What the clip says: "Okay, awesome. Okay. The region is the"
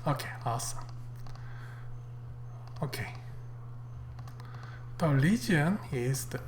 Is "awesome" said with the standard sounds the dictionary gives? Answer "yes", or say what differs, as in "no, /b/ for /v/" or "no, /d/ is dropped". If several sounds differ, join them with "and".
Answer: no, /m/ is dropped